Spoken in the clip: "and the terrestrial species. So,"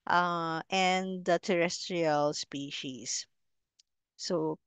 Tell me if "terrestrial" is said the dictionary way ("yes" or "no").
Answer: yes